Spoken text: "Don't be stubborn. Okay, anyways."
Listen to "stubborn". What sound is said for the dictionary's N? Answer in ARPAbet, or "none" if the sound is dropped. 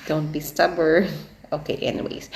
none